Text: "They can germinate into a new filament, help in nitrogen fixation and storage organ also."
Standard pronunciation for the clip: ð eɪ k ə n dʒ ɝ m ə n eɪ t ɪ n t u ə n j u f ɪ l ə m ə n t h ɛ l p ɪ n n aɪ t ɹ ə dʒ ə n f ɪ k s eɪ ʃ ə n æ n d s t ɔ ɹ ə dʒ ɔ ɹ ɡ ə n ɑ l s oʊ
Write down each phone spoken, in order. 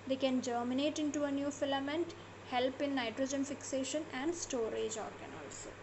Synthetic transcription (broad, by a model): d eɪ k ə n dʒ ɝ m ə n eɪ t ɪ n t u ə n j u f ɪ l ə m ə n t h ɛ l p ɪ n n aɪ t ɹ ə dʒ ə n f ɪ k s eɪ ʃ ə n æ n d s t ɔ ɹ ə dʒ ɔ ɹ ɡ ə n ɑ l s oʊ